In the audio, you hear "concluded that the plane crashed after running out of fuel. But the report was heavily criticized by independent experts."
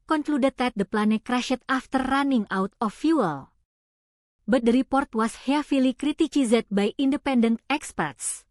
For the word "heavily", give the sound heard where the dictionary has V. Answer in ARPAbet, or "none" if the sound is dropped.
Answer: F